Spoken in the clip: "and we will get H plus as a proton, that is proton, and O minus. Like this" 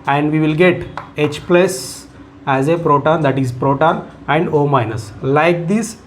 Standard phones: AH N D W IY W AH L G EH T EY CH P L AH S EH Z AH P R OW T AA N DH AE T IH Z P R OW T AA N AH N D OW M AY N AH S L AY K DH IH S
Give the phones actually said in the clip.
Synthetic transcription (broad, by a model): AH N D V IY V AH L G EH T EY CH P L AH S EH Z AH P R OW T AA N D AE T IH Z P R OW T AA N AH N D OW M AY N AH S L AY K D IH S